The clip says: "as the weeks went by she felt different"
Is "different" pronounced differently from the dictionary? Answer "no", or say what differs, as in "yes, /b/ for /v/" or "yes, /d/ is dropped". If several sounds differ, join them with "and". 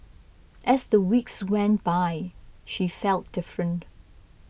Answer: no